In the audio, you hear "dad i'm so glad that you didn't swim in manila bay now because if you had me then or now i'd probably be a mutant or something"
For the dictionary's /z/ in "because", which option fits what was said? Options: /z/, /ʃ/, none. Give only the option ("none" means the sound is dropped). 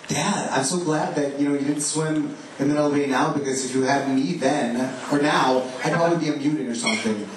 /z/